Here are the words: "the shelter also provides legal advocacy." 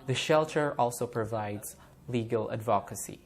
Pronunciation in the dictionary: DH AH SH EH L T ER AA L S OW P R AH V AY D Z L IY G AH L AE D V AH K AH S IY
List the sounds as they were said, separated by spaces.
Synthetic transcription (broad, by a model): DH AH SH EH L T ER AA L S OW P R AH V AY D Z L IY G AH L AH D V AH K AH S IY